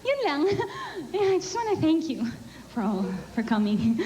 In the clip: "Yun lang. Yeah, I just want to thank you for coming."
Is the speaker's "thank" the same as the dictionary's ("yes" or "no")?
yes